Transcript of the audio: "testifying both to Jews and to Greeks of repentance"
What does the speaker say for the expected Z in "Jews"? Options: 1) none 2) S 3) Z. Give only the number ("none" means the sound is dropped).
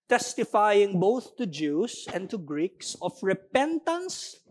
2